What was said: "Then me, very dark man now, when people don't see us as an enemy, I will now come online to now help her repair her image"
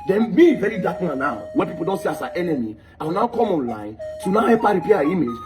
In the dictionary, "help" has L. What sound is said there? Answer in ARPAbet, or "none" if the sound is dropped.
none